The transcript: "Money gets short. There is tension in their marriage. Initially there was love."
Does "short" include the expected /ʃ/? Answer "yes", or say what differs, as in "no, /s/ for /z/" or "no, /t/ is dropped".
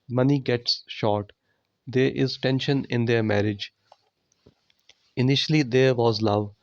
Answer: yes